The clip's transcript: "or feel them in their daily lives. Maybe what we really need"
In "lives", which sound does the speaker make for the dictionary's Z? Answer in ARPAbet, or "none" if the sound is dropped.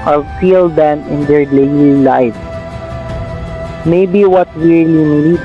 none